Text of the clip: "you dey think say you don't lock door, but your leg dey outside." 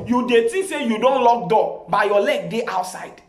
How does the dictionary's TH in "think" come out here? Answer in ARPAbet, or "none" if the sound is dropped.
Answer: T